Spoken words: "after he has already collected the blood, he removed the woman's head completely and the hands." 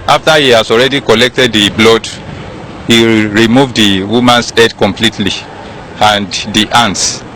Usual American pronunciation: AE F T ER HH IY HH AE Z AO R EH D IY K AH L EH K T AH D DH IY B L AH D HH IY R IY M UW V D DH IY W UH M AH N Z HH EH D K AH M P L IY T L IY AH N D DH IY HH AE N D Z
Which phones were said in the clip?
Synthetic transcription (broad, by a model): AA F T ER HH IY HH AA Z AO R EH D IY K AH L EH K T AH D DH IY B L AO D HH IY R IY M UW V D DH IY W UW M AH N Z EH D K AH M P L IY T L IY AH N D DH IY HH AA N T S